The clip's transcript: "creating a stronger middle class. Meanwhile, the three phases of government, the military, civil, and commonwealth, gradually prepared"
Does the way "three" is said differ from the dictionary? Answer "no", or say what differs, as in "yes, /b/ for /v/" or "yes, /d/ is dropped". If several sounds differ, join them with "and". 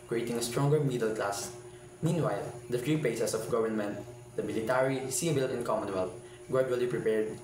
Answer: yes, /f/ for /θ/